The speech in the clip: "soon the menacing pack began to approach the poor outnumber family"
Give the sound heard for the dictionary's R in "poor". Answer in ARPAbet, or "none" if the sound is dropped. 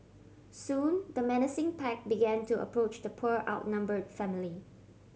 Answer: R